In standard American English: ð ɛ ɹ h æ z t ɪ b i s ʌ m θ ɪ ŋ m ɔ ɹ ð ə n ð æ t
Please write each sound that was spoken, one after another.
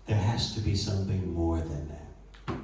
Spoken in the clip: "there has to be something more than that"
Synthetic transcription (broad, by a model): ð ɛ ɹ h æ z t ɪ b i s ʌ m θ ɪ ŋ m ɔ ɹ ð ə n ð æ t